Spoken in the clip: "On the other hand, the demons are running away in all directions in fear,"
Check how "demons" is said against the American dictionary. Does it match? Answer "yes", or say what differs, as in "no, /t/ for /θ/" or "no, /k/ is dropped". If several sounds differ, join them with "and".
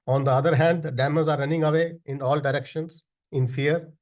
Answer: no, /n/ is dropped